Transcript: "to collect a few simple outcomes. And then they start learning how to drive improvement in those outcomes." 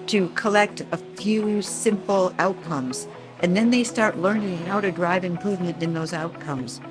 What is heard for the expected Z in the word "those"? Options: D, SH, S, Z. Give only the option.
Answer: Z